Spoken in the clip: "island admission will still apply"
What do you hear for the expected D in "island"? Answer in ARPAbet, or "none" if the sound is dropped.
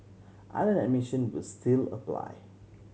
none